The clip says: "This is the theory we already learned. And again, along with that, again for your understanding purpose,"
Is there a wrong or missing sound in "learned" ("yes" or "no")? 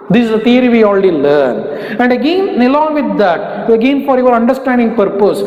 yes